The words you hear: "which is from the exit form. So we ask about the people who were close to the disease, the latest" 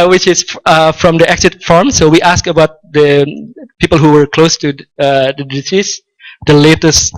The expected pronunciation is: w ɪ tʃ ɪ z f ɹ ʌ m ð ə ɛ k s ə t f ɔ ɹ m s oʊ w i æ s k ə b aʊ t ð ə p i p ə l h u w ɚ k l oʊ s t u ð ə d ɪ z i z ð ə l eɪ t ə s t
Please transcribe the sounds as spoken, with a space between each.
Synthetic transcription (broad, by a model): w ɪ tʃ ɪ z f ɹ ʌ m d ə ɛ k s ə t f ɔ ɹ m s oʊ w i æ s k ə b aʊ t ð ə p i p ə l h u w ɚ k l oʊ s t u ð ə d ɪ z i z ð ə l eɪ t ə s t